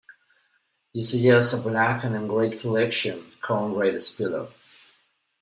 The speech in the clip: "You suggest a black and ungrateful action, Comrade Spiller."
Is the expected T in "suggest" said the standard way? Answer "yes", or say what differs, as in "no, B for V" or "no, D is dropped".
no, T is dropped